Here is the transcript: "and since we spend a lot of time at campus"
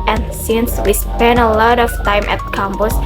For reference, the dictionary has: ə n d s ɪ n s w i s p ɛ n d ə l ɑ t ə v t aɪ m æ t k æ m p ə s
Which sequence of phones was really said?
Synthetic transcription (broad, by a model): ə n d s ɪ n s w i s p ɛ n ə l ɑ t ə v t aɪ m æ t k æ m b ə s